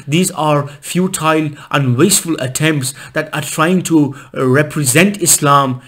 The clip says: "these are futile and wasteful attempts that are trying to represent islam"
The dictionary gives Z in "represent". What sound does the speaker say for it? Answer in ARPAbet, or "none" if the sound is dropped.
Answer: Z